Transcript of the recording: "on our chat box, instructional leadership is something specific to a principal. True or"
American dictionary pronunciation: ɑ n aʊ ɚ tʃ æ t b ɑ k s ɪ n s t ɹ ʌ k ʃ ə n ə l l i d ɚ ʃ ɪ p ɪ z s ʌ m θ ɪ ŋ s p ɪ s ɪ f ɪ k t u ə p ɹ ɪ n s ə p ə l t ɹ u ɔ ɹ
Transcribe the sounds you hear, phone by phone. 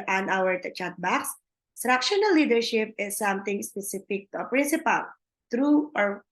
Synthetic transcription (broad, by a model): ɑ n aʊ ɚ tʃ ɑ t b ɑ k s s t ɹ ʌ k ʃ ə n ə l l i d ɚ ʃ ɪ p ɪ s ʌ m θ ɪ ŋ s p ɪ s ɪ f ɪ k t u ə p ɹ ɪ n s ə p ə l t ɹ u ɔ ɹ